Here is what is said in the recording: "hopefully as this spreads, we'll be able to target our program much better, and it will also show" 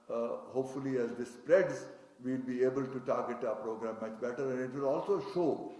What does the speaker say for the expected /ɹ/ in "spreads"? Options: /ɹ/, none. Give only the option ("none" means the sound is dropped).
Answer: /ɹ/